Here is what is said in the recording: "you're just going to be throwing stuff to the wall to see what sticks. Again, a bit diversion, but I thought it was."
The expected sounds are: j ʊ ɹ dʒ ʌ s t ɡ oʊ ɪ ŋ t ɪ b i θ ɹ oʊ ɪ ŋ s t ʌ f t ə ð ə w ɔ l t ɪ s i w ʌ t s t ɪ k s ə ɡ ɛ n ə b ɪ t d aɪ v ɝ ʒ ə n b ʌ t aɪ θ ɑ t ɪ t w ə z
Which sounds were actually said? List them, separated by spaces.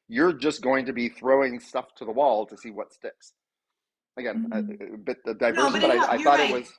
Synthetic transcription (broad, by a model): j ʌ ɹ dʒ ʌ s ɡ oʊ ɪ ŋ t ɪ b i θ ɹ oʊ ɪ ŋ s t ʌ f t ə ð ə w ɔ l t ɪ s i w ʌ t s t ɪ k s ə ɡ ɛ n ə b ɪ t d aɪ v ɝ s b ʌ t aɪ θ ɑ t ɪ t w ə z